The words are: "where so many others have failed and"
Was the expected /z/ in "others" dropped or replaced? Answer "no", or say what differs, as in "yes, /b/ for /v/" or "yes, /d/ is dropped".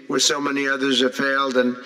no